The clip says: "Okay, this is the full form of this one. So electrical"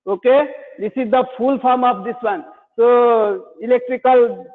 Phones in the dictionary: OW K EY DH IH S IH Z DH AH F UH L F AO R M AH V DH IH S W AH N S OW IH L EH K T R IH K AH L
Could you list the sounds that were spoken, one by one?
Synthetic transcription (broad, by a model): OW K EY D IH S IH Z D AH P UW L P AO R M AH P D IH S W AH N S OW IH L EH K T R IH K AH L